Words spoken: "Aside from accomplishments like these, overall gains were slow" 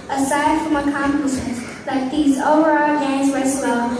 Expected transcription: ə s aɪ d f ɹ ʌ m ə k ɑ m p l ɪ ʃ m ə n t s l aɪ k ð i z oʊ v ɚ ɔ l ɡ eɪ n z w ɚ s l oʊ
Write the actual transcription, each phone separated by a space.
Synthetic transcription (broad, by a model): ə s aɪ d f ɹ ʌ m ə k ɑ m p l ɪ s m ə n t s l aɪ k ð i z oʊ v ɚ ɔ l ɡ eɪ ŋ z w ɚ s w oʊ